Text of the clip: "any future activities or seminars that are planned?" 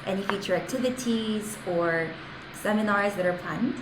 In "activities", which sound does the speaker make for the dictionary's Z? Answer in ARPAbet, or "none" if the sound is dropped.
Z